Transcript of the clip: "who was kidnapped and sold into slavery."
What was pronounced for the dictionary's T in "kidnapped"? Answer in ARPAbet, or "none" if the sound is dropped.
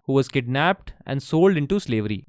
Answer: T